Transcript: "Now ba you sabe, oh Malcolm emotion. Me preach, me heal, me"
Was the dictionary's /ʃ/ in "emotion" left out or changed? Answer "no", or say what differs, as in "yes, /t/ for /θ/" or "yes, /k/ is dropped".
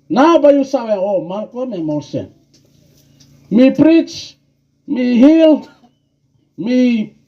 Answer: yes, /s/ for /ʃ/